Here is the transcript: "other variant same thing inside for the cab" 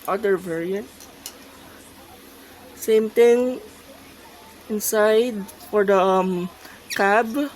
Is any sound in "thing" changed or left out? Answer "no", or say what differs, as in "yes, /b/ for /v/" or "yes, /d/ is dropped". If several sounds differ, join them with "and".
yes, /t/ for /θ/